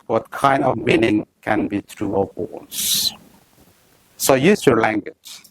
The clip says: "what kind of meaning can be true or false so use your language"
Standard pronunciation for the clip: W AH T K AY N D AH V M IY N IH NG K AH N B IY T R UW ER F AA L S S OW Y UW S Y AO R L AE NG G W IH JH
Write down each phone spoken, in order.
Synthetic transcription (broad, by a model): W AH T K AY N D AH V M IY N IH NG K AH N B IY T R UW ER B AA N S S OW Y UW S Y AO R L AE NG G W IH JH